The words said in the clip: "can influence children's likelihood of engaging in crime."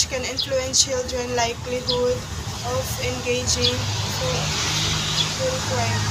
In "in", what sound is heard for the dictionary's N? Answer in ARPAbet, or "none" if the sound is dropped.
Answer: L